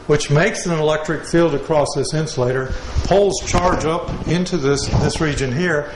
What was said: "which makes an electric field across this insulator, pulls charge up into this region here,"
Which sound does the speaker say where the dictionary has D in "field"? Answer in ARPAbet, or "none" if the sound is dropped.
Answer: D